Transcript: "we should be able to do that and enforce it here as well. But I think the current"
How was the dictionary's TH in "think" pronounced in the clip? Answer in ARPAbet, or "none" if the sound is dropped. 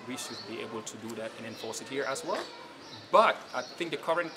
TH